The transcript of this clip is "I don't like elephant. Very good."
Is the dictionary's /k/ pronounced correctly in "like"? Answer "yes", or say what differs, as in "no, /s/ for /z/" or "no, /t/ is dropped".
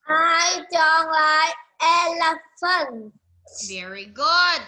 no, /k/ is dropped